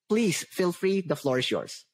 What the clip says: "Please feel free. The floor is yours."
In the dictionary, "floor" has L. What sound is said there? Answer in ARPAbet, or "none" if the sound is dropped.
L